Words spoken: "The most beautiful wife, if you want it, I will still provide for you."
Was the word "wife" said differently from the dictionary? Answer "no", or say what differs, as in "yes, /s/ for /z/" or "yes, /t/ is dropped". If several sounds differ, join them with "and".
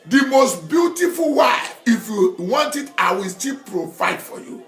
yes, /f/ is dropped